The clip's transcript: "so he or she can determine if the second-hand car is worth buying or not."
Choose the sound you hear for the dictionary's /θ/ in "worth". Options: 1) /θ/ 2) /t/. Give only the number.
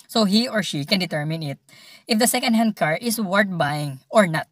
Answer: 2